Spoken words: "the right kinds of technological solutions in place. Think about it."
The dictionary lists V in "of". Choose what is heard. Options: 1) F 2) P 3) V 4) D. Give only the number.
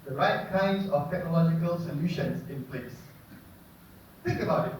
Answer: 1